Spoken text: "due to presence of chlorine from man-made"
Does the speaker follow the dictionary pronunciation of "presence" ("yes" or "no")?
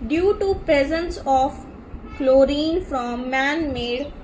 yes